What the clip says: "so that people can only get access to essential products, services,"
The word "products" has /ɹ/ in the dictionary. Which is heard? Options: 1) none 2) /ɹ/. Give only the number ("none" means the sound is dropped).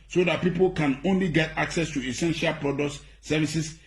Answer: 2